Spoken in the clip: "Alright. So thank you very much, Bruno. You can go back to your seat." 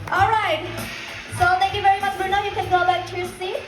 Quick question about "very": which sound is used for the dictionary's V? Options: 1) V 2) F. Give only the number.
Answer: 1